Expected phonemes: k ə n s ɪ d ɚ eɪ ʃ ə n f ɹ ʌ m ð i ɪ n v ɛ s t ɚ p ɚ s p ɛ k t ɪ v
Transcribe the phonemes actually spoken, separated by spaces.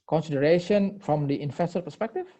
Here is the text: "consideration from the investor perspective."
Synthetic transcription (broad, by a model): k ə n s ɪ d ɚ eɪ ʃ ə n f ɹ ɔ m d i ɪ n f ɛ s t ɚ p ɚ s p ɛ k t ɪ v